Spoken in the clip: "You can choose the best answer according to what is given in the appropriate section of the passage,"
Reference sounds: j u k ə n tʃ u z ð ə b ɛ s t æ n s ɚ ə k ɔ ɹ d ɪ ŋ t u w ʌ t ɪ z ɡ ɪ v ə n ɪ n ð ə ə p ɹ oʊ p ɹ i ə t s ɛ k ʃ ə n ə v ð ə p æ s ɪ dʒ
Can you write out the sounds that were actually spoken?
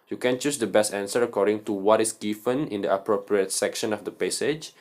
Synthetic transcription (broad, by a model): j u k ə n tʃ u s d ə b ɛ s t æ n s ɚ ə k ɔ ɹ d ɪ ŋ t u w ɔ t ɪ s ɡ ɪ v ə n ɪ n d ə ə p ɹ oʊ p ɹ i ə t s ɛ k ʃ ə n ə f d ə p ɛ s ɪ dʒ